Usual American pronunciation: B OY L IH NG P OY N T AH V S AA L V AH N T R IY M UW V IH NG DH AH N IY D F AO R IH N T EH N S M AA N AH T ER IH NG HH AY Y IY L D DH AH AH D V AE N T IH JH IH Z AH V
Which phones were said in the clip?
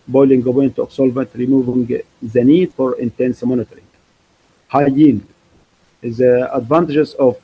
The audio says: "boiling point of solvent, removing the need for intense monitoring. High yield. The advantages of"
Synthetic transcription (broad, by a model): B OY L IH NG B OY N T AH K S AA L V AH N T R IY M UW V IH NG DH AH N IY D F AO R IH N T EH N S M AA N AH T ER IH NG HH AY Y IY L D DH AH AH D V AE N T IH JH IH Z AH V